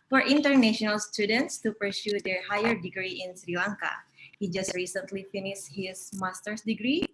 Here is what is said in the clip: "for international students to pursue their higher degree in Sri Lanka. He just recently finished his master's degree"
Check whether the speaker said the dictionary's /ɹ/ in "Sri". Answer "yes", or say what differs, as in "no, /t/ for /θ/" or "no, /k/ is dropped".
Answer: yes